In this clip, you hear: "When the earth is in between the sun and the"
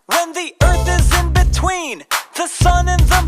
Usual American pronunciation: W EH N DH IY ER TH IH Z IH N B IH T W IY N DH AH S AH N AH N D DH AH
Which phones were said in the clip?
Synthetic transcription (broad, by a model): W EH N DH IY ER TH IH Z IH N B IH T W IY N DH AH S AH N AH N DH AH